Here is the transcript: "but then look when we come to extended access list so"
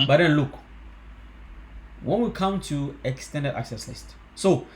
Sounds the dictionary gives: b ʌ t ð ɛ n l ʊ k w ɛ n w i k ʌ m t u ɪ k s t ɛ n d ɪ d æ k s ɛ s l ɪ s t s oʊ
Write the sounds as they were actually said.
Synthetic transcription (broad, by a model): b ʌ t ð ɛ n l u k w ɛ n w i k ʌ m t u ɪ k s t ɛ n d ɪ d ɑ k s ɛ s l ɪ s t s oʊ